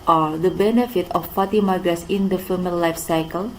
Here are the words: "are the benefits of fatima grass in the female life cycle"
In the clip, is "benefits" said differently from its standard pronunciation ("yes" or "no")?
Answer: yes